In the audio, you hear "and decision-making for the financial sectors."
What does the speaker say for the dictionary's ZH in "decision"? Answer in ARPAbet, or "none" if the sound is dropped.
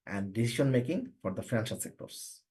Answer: SH